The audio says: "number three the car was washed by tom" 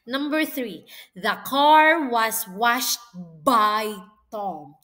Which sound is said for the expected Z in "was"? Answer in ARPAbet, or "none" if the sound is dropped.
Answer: S